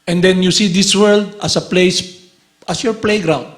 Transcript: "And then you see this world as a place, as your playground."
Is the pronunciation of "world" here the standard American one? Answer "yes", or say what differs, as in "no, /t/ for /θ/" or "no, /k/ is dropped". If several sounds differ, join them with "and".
yes